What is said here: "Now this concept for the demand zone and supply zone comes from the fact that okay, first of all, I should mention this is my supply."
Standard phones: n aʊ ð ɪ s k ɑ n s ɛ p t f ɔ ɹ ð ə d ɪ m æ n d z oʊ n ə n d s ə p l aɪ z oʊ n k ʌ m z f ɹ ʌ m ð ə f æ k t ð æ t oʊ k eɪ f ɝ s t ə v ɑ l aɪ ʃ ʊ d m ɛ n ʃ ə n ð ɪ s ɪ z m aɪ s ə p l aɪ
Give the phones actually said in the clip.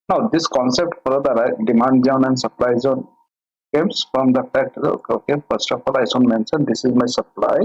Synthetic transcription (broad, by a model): n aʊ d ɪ s k ɑ n s ɛ p t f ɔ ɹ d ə d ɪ m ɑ n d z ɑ n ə n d s ə p l aɪ z oʊ n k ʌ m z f ɹ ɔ m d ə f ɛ k t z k oʊ k eɪ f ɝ s t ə f ɑ l aɪ s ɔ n m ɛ n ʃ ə n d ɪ s ɪ z m aɪ s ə p l aɪ